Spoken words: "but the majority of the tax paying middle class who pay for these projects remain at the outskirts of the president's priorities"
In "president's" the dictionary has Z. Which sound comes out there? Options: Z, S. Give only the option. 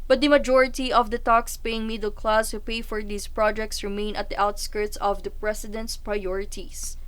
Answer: S